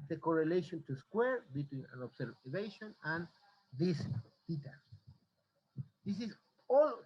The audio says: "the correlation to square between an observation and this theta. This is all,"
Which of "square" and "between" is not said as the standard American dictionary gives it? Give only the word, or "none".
none